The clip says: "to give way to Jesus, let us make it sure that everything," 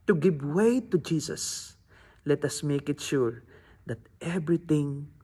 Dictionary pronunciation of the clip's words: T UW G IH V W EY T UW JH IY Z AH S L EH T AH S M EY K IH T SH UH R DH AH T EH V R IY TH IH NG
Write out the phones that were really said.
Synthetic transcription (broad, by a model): T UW G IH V W EY T UW JH IY S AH S L EH T AH S M EY K IH T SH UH R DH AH T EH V R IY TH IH NG